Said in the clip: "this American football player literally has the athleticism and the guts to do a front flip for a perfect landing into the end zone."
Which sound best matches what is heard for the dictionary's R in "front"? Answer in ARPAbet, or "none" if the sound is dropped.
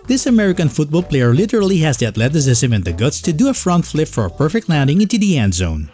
R